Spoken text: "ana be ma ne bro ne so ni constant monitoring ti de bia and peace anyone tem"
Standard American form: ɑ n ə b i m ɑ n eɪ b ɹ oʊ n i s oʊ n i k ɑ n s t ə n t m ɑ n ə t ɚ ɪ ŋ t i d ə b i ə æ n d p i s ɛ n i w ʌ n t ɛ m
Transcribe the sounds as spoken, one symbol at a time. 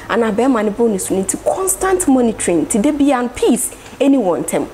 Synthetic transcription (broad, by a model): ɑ n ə b i m ɑ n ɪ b oʊ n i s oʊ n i k ɑ n s t ə n t m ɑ n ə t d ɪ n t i d ə b i ə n p i s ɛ n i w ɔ n t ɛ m